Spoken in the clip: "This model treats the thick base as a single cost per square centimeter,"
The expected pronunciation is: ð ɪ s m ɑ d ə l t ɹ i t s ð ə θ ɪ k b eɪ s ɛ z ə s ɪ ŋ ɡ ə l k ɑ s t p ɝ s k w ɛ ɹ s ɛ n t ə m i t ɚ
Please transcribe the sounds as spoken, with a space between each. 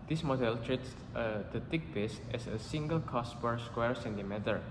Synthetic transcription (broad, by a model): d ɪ s m ɑ d ə l t ɹ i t s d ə t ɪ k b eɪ s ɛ s ə s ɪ ŋ ɡ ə l k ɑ s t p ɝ s k w ɛ ɹ s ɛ n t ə m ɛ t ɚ